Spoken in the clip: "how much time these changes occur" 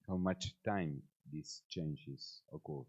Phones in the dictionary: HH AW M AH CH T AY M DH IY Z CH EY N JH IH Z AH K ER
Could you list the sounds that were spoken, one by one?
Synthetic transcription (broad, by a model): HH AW M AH CH T AY M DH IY S CH EY N JH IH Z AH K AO